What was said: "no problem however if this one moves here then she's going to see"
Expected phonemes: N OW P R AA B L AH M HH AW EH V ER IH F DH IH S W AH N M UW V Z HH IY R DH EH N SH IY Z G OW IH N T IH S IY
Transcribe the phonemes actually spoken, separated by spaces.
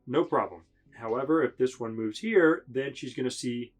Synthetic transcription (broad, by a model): N OW P R AA B L AH M HH AW EH V ER IH F DH IH S W AH N M UW V Z HH IY R DH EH N SH IY Z G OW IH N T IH S IY